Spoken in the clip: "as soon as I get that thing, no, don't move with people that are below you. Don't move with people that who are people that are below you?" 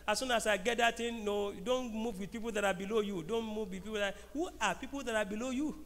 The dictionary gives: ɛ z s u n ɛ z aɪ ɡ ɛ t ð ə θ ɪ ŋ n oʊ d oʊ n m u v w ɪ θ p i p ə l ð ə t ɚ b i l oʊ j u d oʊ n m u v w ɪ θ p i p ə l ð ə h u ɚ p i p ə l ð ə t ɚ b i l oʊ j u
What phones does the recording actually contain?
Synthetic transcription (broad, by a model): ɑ s u n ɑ s aɪ ɡ ɛ t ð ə t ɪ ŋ n oʊ d oʊ n m u v w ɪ p i p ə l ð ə t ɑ b i l oʊ j u d oʊ n m u v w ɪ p i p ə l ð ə h u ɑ p i p ə l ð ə t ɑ b i l oʊ j u